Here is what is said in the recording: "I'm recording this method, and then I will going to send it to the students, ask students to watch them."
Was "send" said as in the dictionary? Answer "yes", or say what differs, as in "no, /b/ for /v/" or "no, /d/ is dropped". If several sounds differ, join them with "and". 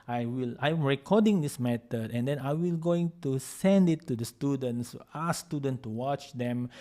yes